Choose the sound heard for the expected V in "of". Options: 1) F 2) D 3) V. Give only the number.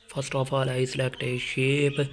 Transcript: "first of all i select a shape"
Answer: 1